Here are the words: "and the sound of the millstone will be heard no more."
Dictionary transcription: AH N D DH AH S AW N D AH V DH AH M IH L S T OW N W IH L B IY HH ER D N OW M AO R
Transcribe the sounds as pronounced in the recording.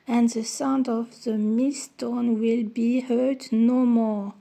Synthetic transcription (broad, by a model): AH N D DH AH S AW N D AH V DH AH M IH S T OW N W IH L B IY HH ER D N OW M AO R